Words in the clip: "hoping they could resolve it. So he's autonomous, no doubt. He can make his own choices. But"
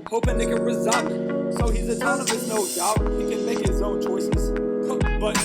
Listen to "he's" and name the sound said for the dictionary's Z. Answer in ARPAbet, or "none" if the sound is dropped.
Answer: Z